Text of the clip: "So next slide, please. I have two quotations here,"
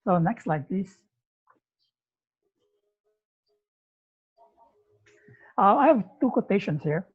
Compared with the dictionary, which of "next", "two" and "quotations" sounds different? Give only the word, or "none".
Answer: quotations